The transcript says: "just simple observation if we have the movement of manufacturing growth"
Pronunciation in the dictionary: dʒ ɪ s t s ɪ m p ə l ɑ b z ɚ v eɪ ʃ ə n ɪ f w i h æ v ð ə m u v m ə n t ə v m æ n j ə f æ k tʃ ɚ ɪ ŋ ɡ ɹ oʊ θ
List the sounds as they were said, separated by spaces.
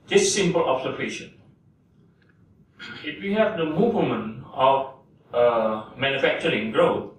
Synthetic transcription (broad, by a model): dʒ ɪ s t s ɪ m p ə l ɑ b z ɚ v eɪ ʃ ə n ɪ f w i h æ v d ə m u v m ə n ə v m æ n j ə f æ k tʃ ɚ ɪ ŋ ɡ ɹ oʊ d